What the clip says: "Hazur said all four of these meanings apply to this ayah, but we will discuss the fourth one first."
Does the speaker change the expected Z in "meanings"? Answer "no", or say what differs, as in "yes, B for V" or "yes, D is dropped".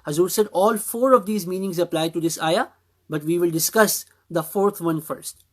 no